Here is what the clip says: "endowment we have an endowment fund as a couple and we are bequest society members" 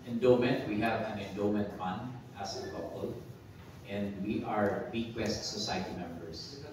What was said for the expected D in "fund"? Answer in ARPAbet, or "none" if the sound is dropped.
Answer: D